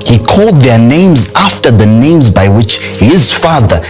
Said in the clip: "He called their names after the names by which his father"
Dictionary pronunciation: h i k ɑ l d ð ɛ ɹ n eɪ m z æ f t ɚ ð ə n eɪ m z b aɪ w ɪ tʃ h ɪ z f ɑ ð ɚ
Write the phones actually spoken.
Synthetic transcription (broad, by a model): h i k ɑ l d ð ɛ ɹ n eɪ m z æ f t ɚ ð ə n eɪ m z b aɪ w ɪ tʃ h ɪ z f ɑ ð ɚ